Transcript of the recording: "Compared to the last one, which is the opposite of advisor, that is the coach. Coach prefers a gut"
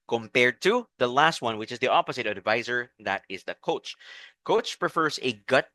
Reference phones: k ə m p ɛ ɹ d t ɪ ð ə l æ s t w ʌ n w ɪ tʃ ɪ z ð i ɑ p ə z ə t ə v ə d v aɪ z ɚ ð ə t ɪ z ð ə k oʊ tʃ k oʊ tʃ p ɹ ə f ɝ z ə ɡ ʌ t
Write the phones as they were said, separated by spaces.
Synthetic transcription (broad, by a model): k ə m p ɛ ɹ d t ɪ ð ə l æ s t w ʌ n w ɪ tʃ ɪ z ð i ɑ p ə z ə t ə ə d v aɪ z ɚ ð ə t ɪ z ð ə k oʊ tʃ k oʊ tʃ p ɹ ə f ɝ z ə ɡ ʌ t